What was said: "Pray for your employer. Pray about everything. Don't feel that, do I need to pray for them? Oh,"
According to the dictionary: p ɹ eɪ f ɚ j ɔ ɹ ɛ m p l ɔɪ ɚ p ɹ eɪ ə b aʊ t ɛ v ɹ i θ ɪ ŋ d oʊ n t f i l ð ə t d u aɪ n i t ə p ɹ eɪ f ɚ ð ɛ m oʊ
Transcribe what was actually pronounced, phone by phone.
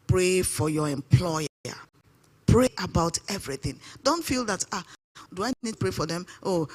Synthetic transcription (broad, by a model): p ɹ eɪ f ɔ j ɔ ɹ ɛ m p l ɔɪ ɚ p ɹ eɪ ə b aʊ t ɛ v ɹ i θ ɪ ŋ d oʊ n t f i l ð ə t d u aɪ n i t p ɹ eɪ f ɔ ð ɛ m oʊ